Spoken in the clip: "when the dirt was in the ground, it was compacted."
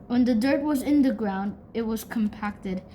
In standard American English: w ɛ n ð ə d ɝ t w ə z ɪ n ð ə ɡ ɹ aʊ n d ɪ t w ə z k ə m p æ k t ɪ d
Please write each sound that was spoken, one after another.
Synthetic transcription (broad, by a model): w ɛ n ð ə d ɝ t w ə z ɪ n ð ə ɡ ɹ aʊ n d ɪ t w ə z k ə m p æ k t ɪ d